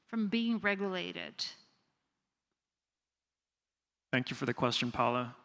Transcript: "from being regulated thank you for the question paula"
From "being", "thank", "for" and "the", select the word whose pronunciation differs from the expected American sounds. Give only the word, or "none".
none